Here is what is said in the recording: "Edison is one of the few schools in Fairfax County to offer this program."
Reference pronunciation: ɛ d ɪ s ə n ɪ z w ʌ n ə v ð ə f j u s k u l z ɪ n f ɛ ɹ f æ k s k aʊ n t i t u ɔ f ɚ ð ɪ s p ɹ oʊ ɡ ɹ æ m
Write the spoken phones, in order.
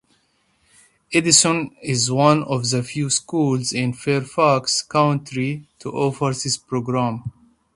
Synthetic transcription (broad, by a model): ɛ d ɪ s ə n ɪ z w ʌ n ə v ð ə f j u s k u l z ɪ n f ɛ ɹ f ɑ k s k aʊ n t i t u ɔ f ɚ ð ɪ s p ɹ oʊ ɡ ɹ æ m